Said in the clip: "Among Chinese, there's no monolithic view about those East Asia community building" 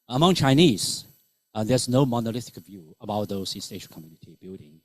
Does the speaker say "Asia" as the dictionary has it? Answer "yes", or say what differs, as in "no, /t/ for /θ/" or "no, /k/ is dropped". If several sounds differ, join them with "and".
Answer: no, /ʃ/ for /ʒ/